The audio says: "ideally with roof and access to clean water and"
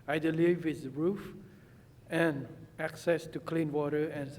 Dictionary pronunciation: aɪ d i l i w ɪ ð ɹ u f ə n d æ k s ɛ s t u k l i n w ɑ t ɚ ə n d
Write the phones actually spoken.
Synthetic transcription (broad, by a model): aɪ d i l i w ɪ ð ɹ u f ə n æ k s ɛ s t u k l i n w ɑ t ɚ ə n